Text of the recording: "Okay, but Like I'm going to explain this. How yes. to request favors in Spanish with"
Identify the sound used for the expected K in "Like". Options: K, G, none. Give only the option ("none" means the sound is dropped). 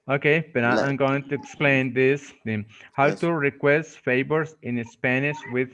none